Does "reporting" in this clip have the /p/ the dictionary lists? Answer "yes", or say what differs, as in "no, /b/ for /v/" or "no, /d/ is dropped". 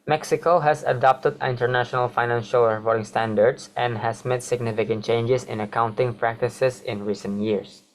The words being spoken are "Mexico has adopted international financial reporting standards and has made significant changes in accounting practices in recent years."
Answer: no, /f/ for /p/